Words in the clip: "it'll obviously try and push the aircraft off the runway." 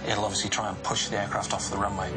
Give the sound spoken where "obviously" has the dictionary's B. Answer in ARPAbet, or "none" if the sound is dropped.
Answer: none